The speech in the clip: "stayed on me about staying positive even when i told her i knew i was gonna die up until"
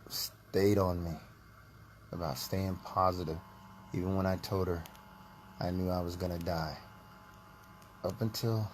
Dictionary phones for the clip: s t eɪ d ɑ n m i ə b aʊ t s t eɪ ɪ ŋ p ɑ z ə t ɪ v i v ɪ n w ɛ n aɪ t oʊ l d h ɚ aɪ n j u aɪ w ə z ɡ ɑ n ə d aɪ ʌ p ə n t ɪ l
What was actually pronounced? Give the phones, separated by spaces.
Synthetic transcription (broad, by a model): s t eɪ d n m i ə b aʊ t s t eɪ ɪ ŋ p ɑ z ə t ɪ v i v ɪ n w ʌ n aɪ t oʊ l d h ɚ aɪ n j u aɪ w ə z ɡ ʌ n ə d aɪ ʌ p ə n t ɪ l